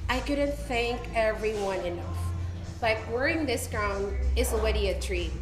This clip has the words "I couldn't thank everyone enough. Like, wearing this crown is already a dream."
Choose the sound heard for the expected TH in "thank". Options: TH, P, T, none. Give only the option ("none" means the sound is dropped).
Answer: TH